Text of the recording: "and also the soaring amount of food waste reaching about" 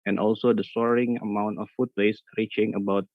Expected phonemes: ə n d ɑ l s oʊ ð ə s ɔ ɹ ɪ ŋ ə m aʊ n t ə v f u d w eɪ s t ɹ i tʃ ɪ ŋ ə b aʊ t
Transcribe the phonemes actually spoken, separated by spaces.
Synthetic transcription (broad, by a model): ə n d ɑ l s oʊ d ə s ɔ ɹ ɪ ŋ ə m aʊ n t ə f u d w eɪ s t ɹ i tʃ ɪ ŋ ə b aʊ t